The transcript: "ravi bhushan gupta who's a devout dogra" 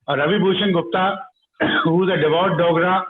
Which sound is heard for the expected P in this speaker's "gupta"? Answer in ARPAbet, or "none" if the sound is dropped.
P